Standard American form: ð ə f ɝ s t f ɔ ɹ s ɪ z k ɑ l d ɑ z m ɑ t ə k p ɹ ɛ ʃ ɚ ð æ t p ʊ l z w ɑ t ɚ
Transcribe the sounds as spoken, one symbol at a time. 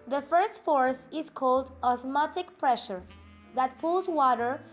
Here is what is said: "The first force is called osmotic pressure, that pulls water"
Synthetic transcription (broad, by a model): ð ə f ɝ s t f ɔ ɹ s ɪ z k ɑ l d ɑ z m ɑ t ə k p ɹ ɛ ʃ ɚ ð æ t p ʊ l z w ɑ t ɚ